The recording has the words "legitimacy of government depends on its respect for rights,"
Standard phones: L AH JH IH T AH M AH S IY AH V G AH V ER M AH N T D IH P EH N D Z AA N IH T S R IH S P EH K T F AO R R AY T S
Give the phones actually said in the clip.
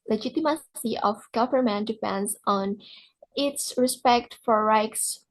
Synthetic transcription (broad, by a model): L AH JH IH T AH M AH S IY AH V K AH P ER M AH N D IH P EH N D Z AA N IH T S R IH S P EH K T F AO R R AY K S